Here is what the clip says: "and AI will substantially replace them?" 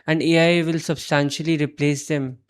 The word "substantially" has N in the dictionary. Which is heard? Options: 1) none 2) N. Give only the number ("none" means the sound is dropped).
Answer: 2